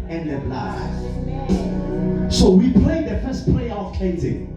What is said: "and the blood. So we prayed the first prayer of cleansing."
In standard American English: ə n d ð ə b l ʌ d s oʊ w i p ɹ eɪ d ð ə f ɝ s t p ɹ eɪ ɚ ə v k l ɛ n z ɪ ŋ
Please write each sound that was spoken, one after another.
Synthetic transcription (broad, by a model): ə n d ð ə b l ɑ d s oʊ w i p l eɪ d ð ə f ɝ s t p l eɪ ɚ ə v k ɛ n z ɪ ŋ